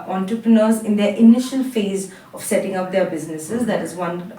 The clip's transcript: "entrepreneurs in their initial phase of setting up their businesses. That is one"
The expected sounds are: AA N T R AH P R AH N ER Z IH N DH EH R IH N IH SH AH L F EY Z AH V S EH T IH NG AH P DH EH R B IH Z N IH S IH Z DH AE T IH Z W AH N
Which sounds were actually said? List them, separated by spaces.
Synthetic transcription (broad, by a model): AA N T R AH P R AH N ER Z IH N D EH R IH N IH SH AH L F EY Z AH V S EH T IH NG AH P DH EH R B IH Z N IH S IH Z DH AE T IH Z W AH N